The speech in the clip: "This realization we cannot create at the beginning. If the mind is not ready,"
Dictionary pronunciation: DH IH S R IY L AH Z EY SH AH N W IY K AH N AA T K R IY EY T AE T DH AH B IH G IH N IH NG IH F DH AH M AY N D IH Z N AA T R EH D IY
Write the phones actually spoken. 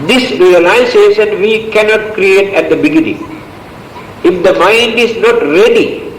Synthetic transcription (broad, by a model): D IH S R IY L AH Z EY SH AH N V IY K AH N AA T K R IY EY T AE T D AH B IH G IH N IH NG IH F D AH M AY N D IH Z N AA T R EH D IY